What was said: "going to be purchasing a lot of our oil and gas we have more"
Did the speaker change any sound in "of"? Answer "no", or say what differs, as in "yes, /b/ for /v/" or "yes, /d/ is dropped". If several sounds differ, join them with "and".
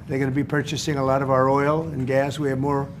no